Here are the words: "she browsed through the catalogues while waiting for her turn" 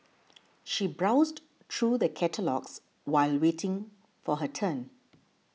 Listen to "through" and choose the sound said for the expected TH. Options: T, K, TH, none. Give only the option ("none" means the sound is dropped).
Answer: T